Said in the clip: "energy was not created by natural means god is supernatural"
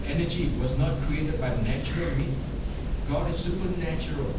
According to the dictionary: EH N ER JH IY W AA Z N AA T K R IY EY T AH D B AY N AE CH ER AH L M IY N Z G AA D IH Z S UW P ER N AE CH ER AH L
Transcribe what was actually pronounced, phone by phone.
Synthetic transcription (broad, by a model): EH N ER JH IY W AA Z N AA T K R IY EY T AH D B AY N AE CH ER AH L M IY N G AA D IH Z S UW P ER N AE CH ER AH L